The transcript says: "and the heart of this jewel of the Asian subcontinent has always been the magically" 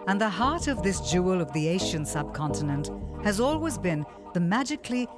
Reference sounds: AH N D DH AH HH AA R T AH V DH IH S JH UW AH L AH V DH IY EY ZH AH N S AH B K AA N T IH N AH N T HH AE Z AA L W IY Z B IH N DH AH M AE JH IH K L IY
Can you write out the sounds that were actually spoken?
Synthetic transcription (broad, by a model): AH N DH AH HH AA R T AH V DH IH S JH UW AH L AH V DH IY EY SH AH N S AH B K AA N T IH N AH N T HH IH Z AA L W IY Z B IH N DH AH M AE JH IH K L IY